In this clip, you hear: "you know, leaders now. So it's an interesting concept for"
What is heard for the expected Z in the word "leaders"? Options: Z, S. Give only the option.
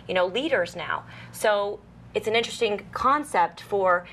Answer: Z